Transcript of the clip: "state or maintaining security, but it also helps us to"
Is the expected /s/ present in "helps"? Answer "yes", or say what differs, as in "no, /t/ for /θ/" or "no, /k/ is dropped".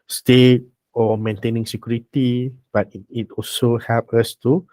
no, /s/ is dropped